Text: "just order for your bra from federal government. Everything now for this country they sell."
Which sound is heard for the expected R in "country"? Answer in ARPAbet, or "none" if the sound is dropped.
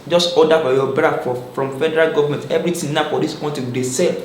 none